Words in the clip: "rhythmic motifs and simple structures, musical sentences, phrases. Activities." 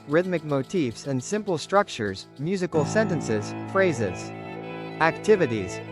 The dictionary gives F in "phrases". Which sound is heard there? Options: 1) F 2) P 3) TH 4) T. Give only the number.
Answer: 1